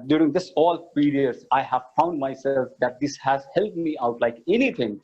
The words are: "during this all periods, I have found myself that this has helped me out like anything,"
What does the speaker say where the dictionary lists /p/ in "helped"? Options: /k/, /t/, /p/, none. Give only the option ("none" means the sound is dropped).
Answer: none